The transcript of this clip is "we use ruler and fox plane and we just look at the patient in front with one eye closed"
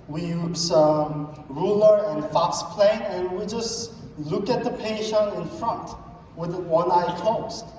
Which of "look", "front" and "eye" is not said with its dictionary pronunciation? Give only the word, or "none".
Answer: none